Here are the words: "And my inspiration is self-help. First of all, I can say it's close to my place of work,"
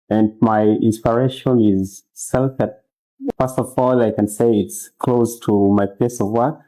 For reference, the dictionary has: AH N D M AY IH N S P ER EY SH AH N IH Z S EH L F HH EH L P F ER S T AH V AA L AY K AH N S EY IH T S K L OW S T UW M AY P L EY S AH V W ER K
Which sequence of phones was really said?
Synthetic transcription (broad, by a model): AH N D M AY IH N S P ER EY SH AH N IH Z S EH L F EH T F ER S T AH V AA L AY K AH N S EY IH T S K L OW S T UW M AY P EY S AH V W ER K